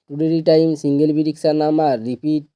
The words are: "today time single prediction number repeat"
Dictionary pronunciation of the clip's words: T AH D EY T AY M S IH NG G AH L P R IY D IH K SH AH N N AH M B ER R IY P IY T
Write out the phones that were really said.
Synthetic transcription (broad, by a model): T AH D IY T AY M S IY NG G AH L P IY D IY K S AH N N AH M AA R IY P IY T